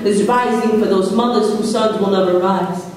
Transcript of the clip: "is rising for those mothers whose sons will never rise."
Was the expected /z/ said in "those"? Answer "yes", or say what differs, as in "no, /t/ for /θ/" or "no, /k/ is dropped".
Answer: yes